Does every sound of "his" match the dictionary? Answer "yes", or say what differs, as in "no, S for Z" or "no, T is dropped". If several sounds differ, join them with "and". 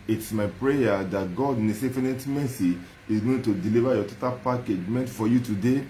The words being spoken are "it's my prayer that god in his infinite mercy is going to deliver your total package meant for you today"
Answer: no, S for Z